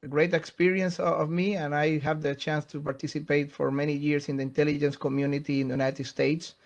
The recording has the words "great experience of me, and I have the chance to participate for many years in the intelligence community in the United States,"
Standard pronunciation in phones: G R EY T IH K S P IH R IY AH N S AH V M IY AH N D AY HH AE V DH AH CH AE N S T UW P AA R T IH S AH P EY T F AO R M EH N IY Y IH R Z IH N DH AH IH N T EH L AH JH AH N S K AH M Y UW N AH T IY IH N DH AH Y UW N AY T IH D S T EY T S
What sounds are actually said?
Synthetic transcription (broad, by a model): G R EY T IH K S P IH R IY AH N S AH V M IY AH N AY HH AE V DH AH CH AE N S T UW P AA R T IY S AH P EY T F AO R M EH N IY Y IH R S IH N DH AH IH N T EH L AH JH AH N S K AH M Y UW N AH T IY IH N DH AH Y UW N AY T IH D S T EY T S